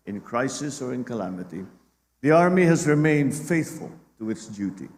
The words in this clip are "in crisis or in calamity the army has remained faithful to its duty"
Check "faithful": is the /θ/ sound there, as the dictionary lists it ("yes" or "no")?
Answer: yes